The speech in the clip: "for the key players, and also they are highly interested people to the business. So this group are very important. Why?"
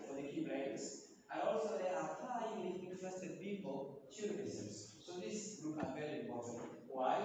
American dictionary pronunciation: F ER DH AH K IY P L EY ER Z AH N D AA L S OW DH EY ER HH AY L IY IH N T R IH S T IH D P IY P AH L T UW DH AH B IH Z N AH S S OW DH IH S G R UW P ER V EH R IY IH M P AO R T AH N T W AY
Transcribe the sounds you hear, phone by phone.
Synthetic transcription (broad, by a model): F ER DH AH K IY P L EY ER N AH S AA AA L S OW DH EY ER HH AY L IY IH N T R IH S T IH D P IY P AH L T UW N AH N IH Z AH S S OW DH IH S G R UW P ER V EH R IY IH M P AO R T AH N T W AY